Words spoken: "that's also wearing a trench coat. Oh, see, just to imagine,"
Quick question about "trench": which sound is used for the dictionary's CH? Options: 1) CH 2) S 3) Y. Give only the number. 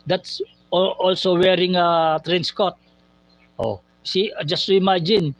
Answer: 2